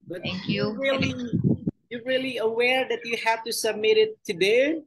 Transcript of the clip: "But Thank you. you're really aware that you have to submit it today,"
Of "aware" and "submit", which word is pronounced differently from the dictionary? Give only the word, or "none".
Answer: none